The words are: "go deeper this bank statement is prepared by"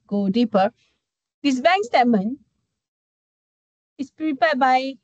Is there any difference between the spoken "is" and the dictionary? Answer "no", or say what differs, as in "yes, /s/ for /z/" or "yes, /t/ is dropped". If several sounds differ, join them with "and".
yes, /s/ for /z/